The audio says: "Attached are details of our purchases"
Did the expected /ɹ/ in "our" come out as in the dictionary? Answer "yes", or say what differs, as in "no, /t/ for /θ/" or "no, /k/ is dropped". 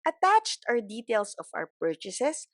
no, /w/ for /ɹ/